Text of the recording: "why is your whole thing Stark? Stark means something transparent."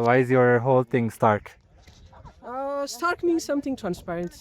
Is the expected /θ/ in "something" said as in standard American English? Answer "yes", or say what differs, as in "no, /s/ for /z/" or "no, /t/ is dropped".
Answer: no, /t/ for /θ/